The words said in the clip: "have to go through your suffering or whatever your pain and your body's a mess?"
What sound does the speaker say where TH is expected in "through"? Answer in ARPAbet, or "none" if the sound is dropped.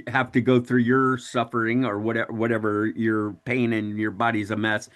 TH